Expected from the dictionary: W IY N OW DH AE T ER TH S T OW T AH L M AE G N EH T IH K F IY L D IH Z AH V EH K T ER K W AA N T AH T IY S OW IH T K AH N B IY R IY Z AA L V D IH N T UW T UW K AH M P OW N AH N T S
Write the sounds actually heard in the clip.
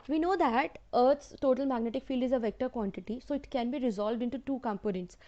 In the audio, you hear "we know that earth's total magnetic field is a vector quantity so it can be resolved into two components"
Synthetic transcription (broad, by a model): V IY N OW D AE T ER T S T OW T AH L M AE G N EH T IH K F IY L D IH Z AH V EH K T ER K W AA N T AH T IY S OW IH T K AH N B IY R IY Z AA L V D IH N T UW T UW K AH M P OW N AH N T S